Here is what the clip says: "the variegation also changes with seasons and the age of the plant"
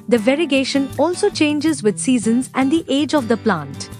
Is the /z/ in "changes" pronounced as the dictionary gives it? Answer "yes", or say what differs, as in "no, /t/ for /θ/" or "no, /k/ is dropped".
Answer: yes